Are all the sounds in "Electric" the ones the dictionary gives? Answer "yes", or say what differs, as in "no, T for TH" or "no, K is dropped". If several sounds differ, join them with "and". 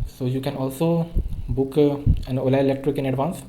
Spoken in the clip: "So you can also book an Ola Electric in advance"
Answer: yes